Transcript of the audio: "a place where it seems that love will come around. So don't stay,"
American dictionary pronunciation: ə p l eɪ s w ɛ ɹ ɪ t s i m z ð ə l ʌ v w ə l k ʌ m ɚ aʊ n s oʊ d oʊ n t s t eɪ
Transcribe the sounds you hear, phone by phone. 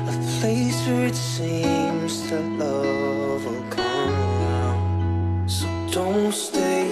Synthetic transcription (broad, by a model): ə p l eɪ s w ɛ ɹ ɪ t s i m z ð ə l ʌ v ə n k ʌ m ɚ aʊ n s oʊ d oʊ n t s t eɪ